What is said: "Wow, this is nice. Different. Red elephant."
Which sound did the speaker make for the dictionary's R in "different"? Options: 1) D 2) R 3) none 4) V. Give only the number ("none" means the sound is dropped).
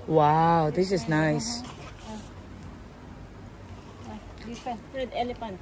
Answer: 3